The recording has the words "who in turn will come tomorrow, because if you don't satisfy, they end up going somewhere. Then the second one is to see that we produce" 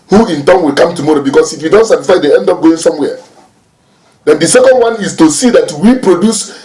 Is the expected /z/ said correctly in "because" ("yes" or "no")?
no